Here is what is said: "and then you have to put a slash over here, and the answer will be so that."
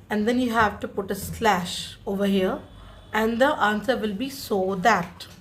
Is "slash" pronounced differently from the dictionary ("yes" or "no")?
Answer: no